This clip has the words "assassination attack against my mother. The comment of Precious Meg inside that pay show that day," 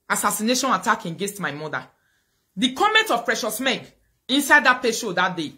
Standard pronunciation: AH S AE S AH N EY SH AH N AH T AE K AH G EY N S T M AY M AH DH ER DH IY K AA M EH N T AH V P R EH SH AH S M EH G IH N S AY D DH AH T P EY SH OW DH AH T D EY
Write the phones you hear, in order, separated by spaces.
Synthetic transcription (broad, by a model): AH S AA S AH N EY SH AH N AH T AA K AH G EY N S T M AY M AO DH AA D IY K AA M EH N T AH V P R EH SH AH S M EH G IH N S AY D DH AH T P EY SH OW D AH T D EY